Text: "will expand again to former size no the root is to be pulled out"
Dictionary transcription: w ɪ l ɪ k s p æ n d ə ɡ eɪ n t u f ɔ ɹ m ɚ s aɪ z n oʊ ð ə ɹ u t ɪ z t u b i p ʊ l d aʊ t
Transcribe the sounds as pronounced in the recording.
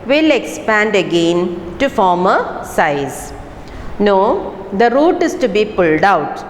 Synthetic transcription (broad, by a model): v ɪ l ɪ k s p æ n d ə ɡ eɪ n t u f ɔ ɹ m ɚ s aɪ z n oʊ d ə ɹ u t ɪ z t u b i p ʊ l d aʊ t